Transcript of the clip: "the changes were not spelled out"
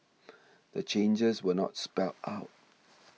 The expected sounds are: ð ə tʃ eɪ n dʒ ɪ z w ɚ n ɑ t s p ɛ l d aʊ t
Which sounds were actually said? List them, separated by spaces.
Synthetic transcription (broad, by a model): ð ə tʃ eɪ n dʒ ɪ z w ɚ n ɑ t s p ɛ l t aʊ t